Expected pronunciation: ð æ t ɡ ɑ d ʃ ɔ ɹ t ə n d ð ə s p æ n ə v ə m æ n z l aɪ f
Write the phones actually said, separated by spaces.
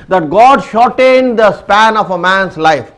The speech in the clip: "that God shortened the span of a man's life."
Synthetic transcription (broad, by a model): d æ t ɡ ɑ d ʃ ɔ ɹ t ə n d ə s p æ n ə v ə m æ n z l aɪ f